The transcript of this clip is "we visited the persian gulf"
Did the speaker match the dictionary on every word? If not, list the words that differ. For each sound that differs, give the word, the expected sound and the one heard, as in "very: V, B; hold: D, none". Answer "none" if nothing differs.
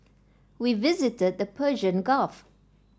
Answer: gulf: L, none